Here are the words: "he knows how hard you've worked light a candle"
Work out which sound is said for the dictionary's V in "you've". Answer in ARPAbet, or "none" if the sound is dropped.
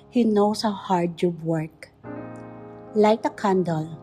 B